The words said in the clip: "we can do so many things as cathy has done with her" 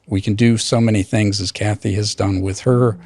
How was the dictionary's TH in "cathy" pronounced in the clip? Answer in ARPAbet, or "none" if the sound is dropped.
TH